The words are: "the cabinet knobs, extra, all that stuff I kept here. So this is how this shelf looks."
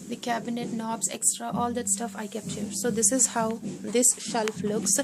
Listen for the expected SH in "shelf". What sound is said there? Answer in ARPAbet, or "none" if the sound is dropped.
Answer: SH